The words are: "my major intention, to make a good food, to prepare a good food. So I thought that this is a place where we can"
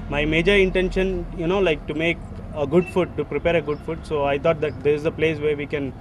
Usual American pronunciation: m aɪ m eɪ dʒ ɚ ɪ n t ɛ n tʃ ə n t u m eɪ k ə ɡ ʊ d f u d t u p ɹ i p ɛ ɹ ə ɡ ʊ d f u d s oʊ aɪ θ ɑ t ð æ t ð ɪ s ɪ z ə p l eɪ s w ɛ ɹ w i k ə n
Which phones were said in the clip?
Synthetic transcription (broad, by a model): m aɪ m eɪ dʒ ɚ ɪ n t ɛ n ʃ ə n t u m eɪ k ə ɡ ʊ d f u t u p ɹ i p ɛ ɹ ə ɡ ʊ d f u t s oʊ aɪ t ɑ t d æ t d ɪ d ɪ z ə p l eɪ s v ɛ ɹ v i k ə n